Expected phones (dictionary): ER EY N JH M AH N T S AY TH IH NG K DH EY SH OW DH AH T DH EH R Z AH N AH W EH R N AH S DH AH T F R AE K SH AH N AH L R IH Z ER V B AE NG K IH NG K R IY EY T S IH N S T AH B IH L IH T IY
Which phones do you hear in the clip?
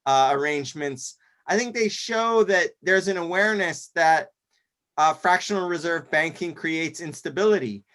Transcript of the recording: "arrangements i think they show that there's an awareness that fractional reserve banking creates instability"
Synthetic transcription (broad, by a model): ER EY N JH M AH N T S AY TH IH NG K DH EY SH OW DH AH T DH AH R Z AH N AH W EH R N AH S DH AH T F R AE K SH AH N L R IH Z ER V B AE NG K IH NG K R IY EY T S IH N S T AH B IH L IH T IY